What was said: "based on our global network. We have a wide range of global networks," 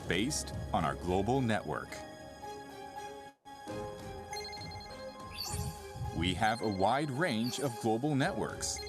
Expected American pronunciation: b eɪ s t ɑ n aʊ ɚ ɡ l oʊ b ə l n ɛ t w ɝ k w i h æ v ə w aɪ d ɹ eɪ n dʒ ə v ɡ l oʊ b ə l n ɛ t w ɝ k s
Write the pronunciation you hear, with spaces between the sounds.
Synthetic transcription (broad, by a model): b eɪ s t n aʊ ɚ ɡ l oʊ b l n ɛ t w ɝ k w i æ v ə w aɪ d ɹ eɪ n dʒ ə v ɡ l oʊ b l n ɛ t w ɝ k s